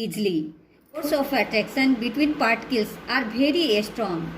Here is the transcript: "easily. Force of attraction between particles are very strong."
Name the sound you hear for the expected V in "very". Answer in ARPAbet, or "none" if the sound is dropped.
B